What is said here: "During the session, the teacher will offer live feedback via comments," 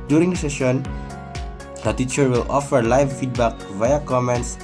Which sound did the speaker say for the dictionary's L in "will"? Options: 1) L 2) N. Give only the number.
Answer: 1